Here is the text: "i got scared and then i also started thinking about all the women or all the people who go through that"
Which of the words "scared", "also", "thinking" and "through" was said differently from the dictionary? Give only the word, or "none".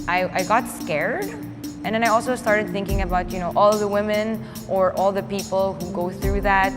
none